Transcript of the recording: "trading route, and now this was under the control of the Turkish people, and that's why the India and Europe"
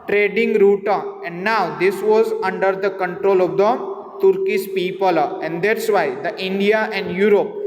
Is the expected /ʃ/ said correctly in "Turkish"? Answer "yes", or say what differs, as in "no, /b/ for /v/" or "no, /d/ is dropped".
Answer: no, /s/ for /ʃ/